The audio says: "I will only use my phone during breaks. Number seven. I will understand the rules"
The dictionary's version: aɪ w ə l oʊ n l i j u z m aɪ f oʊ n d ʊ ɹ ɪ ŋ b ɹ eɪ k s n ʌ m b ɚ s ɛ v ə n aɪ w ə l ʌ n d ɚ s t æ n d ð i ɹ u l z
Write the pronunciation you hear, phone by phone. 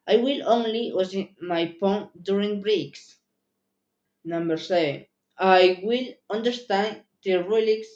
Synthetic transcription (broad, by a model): aɪ w ə l oʊ n l i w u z m aɪ p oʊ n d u ɹ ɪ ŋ b ɹ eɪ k s n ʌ m b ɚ s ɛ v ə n aɪ w ə l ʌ n d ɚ s t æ n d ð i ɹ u l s